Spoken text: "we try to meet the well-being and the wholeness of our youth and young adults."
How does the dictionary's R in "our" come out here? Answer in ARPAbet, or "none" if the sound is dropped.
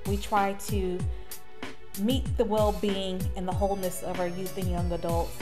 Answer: R